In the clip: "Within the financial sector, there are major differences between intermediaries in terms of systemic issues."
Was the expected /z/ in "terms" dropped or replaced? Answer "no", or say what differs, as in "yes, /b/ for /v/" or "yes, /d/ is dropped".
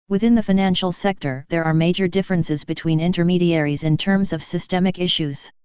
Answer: no